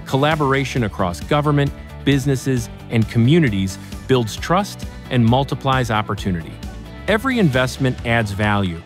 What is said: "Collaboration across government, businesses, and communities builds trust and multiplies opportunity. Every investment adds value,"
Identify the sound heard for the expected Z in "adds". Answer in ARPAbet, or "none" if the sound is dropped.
Z